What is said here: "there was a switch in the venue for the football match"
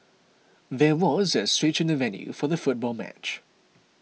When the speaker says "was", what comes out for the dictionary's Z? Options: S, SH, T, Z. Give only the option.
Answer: Z